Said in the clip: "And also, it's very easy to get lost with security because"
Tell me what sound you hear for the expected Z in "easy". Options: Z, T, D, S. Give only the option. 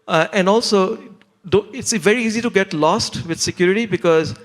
Z